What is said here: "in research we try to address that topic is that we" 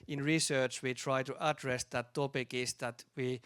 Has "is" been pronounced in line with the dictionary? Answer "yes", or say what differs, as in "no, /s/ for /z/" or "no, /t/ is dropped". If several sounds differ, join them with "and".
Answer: no, /s/ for /z/